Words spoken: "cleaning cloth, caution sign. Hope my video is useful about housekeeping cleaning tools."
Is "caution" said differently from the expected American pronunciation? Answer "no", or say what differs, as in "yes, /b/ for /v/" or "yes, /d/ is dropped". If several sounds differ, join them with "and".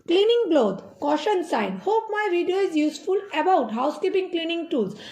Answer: no